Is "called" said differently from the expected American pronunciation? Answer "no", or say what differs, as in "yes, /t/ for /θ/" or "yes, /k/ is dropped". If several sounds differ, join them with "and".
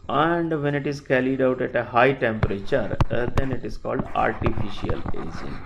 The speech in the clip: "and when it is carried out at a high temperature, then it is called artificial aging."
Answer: no